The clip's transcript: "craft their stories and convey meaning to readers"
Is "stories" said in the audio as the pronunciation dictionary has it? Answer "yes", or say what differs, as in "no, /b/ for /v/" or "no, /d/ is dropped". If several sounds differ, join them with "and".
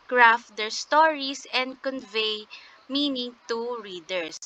no, /s/ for /z/